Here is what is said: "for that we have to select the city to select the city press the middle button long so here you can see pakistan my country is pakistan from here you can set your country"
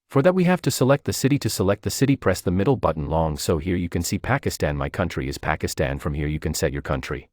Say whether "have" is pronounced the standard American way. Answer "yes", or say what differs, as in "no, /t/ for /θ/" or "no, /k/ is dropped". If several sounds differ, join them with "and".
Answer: no, /f/ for /v/